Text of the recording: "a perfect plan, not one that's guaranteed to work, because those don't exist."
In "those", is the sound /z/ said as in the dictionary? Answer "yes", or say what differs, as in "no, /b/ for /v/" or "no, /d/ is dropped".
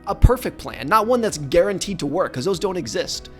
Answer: yes